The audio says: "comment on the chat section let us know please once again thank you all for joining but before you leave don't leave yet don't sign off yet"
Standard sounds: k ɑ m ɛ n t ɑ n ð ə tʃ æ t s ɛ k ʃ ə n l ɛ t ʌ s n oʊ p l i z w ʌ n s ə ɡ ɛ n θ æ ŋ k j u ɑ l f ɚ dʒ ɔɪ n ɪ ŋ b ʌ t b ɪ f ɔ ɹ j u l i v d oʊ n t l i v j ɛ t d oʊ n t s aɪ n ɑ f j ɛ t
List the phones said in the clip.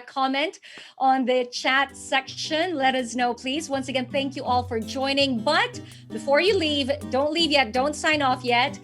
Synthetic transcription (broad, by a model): k ɑ m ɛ n t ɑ n ð ə tʃ æ t s ɛ k ʃ ə n l ɛ t ʌ s n oʊ p l i z w ʌ n s ə ɡ ɛ n θ æ ŋ k j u ɑ l f ɚ dʒ ɔɪ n ɪ ŋ b ʌ t b ɪ f ɔ ɹ j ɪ l i v d oʊ n t l i v j ɛ t d oʊ n t s aɪ n ɑ f j ɛ t